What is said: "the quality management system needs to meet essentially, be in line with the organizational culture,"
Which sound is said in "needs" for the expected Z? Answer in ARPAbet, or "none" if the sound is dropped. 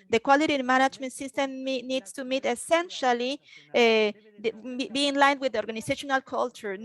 S